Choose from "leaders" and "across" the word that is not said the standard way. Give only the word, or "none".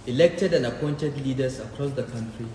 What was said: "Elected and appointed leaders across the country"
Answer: leaders